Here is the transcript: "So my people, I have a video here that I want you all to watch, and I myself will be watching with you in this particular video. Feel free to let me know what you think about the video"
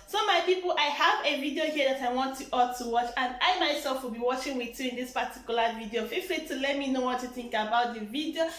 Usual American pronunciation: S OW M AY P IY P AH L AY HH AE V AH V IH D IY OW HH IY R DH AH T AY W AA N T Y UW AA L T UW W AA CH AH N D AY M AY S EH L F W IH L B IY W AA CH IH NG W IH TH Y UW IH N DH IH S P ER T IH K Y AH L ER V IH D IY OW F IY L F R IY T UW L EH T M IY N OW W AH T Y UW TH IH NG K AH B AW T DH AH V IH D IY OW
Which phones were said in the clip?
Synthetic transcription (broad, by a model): S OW M AY P IY P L AY HH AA V AH V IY D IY OW HH IY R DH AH T AY W AA N T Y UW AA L T UW W AA CH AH N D AY M AY S EH L F W IH L B IY W AA CH IH NG W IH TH Y UW IH N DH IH S P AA T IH K Y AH L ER V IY D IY OW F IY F L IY T UW L EH T M IY N OW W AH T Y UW TH IH NG K AH B AW T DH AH V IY D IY OW